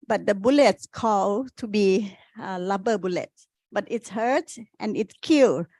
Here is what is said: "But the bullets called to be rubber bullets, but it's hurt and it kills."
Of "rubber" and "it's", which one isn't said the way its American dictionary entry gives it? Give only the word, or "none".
rubber